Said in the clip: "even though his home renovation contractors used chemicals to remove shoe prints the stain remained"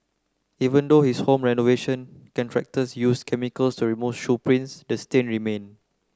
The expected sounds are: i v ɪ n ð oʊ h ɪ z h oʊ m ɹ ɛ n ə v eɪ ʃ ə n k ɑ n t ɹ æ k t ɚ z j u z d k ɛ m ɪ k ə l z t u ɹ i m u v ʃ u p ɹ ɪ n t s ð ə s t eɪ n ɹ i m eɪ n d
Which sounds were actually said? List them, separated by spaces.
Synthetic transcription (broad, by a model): i v ɪ n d oʊ h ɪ s h oʊ m ɹ ɛ n ə v eɪ ʃ ə n k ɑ n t ɹ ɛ k t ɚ s j u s k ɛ m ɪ k ə l s t u ɹ i m u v ʃ u p ɹ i n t s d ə s t eɪ n ɹ i m eɪ n